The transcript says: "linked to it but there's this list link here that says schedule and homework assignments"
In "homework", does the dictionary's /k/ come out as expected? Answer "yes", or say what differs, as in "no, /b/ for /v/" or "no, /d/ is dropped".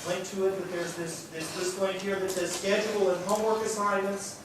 yes